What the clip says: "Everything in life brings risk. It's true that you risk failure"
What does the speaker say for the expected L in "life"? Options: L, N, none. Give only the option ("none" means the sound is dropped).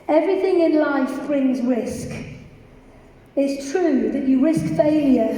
L